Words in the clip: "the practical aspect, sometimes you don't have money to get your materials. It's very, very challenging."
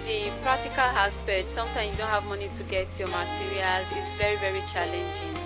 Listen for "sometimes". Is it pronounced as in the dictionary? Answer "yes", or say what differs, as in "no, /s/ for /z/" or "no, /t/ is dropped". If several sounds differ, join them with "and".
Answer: no, /z/ is dropped